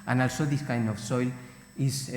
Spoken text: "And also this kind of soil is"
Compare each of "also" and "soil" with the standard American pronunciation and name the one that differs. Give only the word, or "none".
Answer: none